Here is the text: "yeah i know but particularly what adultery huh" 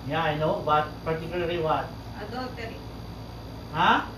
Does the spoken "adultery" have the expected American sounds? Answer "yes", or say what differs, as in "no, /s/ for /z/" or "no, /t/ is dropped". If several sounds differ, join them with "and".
no, /l/ is dropped